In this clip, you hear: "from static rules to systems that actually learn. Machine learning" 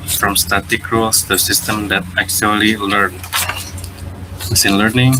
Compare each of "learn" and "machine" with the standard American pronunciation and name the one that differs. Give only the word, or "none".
machine